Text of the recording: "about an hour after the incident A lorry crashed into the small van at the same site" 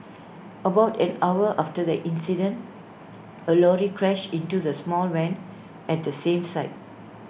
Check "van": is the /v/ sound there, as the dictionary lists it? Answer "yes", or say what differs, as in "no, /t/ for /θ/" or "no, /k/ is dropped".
no, /w/ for /v/